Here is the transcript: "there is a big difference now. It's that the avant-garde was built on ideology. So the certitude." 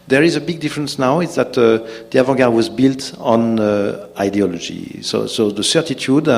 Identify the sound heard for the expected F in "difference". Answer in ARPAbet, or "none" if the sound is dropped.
F